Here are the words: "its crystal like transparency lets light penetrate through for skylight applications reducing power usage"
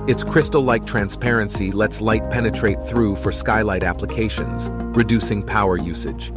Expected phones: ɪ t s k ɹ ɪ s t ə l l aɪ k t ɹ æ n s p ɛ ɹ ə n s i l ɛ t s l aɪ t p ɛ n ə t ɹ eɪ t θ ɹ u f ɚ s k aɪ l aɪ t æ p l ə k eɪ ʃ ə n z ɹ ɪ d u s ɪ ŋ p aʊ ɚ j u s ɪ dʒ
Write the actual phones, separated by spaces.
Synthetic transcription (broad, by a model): ɪ t s k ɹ ɪ s t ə l l aɪ k t ɹ æ n s p ɛ ɹ ə n s i l ɛ t s l aɪ t p ɛ n ə t ɹ eɪ t θ ɹ u f ɚ s k aɪ l aɪ t æ p l ə k eɪ ʃ ə n z ɹ ɪ d u s ɪ ŋ p aʊ ɚ j u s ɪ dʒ